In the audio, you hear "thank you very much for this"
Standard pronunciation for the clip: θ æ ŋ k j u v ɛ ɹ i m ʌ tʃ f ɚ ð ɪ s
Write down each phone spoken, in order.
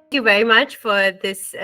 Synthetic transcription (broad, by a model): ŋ k j u v ɛ ɹ i m ʌ tʃ f ɚ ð ɪ s